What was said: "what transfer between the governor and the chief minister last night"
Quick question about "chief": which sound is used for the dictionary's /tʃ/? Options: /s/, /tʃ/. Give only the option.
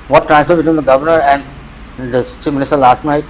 /tʃ/